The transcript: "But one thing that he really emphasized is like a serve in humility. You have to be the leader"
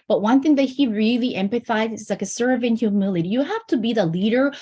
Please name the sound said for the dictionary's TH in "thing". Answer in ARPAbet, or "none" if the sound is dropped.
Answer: TH